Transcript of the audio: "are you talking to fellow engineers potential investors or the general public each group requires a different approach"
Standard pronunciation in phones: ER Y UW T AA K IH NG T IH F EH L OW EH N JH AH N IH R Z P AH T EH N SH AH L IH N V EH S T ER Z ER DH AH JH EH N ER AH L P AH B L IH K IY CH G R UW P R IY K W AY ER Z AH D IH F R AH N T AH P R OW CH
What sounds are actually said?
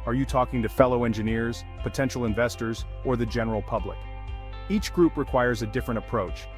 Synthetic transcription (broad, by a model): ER Y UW T AA K IH NG T IH F EH L OW EH N JH AH N IH R Z P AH T EH N SH L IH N V EH S T ER Z ER DH AH JH EH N ER L P AH B L IH K IY CH G R UW P R IY K W AY ER Z AH D IH F R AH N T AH P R OW CH